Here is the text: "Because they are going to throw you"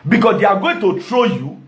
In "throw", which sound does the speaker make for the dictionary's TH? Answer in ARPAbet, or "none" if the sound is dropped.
T